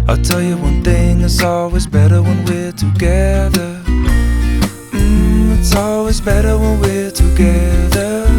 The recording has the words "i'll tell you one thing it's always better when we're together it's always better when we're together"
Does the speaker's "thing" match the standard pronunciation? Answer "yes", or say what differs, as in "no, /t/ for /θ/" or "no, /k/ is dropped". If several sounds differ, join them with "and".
yes